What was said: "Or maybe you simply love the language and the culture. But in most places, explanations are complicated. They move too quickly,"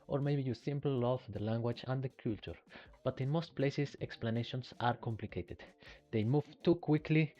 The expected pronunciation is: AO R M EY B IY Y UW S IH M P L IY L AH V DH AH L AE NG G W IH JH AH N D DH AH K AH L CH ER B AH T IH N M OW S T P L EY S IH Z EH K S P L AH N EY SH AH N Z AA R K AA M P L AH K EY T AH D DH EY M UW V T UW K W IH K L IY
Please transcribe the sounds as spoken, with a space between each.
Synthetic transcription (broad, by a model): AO R M EY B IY Y UW S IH M P L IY L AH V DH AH L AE NG G W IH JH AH N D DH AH K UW L CH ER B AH T IH N M OW S T P L EY S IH S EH K S P L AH N EY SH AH N S AA R K AA M P L AH K EY T AH D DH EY M UW V T UW K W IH K L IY